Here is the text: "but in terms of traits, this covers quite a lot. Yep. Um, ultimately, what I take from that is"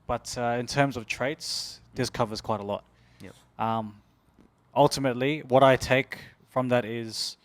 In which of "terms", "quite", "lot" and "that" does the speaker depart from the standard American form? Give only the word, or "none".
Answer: none